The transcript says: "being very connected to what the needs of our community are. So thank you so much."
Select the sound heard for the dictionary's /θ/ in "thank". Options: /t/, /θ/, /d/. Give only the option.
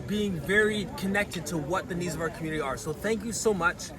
/θ/